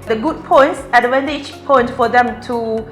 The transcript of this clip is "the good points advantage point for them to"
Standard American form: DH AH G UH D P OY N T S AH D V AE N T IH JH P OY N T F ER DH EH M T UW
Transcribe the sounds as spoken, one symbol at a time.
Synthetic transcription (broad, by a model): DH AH G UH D P OY N T S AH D W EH N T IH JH P OY N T F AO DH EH M T UW